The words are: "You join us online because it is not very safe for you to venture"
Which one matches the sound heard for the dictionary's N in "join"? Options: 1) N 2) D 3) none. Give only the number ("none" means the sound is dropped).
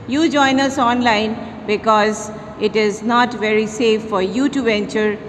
1